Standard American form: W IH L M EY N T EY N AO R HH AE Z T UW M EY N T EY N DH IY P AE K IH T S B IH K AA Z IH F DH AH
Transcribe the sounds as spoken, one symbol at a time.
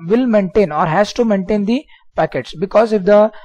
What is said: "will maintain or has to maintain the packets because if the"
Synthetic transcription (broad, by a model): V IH L M EY N T EY N AO R HH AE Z T UW M EY N T EY N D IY P AE K IH T S B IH K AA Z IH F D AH